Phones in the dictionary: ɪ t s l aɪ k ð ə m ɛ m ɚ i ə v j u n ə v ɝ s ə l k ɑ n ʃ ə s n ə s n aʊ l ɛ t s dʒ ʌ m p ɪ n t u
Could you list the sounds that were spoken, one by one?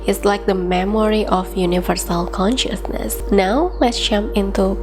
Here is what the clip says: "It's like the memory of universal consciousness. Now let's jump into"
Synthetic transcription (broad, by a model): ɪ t s l aɪ k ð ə m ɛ m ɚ i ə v j u n ə v ɝ s ə l k ɑ n ʃ ə s n ə s n aʊ l ɛ t s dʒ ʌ m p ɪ n t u